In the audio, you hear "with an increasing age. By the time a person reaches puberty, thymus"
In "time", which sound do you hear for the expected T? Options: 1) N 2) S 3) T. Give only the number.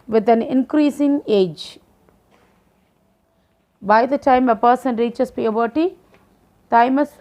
3